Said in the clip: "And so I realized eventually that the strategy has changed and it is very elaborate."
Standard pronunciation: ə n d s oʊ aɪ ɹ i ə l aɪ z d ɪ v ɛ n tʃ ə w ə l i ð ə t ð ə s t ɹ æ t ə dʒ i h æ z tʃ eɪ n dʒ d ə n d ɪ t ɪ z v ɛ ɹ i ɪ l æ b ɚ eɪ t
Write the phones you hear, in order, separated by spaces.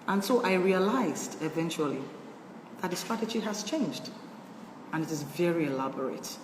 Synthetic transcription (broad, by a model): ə n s oʊ aɪ ɹ i ə l aɪ z d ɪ v ɛ n tʃ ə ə l i ð ə t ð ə s t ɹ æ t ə dʒ i h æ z tʃ eɪ n dʒ d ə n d ɪ t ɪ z v ɛ ɹ i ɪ l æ b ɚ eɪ t